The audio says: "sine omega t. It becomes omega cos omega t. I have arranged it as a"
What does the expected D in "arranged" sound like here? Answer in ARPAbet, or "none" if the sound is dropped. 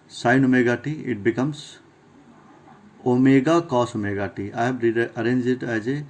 none